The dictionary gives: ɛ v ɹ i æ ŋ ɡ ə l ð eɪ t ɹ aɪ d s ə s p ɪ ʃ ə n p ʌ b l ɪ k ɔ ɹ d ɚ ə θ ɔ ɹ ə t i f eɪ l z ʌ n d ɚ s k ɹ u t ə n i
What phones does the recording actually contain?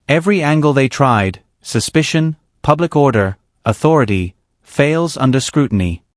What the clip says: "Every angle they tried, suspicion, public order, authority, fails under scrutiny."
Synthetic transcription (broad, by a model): ɛ v ɹ i æ ŋ ɡ ə l ð eɪ t ɹ aɪ d s ə s p ɪ ʃ ə n p ʌ b l ɪ k ɔ ɹ d ɚ ə θ ɔ ɹ ə t i f eɪ l z ʌ n d ɚ s k ɹ u t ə n i